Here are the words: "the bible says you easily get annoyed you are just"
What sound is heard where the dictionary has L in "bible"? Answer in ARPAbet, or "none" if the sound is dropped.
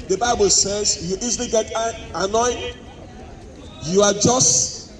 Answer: L